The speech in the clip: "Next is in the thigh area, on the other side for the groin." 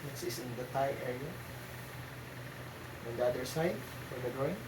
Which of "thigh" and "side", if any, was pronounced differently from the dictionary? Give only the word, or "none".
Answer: thigh